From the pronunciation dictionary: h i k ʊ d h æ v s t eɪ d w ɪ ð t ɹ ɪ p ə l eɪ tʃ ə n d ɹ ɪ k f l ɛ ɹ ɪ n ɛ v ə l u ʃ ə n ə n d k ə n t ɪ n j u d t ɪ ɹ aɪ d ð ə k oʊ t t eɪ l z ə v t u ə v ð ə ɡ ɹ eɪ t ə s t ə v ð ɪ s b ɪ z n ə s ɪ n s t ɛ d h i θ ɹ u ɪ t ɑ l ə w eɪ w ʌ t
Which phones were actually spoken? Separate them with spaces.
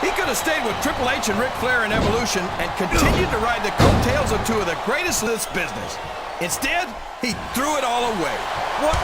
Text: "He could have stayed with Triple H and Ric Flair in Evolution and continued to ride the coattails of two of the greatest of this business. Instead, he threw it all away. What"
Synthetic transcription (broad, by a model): h i k ʊ d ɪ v s t eɪ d w ɪ ð t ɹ ɪ p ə l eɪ ʃ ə n ɹ ɪ k f l ɛ ɹ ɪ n ɛ v ə l u ʃ ə n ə n k ə n t ɪ n j u d t ɪ ɹ aɪ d ð ə k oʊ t t eɪ l z ə v t u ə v ð ə ɡ ɹ eɪ t ə s t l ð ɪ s b ɪ z n ə s ɪ n s t ɛ d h i θ ɹ u ɪ t ɑ l ə w eɪ w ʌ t